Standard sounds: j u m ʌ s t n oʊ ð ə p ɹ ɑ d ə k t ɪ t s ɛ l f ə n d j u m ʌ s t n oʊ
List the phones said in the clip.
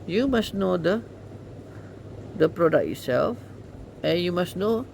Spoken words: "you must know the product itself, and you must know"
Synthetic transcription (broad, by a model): j u m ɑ s n oʊ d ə p ɹ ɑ d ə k ɪ t s ɛ l f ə n j u m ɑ s n oʊ